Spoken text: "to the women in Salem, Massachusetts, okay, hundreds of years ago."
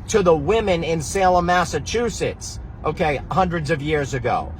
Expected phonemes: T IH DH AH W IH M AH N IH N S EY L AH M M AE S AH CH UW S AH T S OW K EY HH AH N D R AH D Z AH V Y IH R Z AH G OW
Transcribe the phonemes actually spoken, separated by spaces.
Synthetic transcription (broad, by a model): T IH DH AH W IH M AH N IH N S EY L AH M M AE S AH CH UW S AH T S OW K EY HH AH N D R AH D Z AH V Y IH R Z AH G OW